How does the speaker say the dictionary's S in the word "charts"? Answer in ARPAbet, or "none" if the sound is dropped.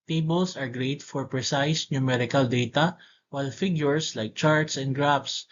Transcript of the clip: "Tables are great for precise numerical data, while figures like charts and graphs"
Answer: S